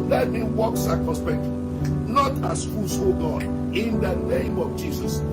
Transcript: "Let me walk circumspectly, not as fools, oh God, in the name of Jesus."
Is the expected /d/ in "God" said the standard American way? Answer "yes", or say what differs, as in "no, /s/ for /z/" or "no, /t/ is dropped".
no, /d/ is dropped